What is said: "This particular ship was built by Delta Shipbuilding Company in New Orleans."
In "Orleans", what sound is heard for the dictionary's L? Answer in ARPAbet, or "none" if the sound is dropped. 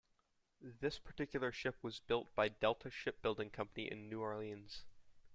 L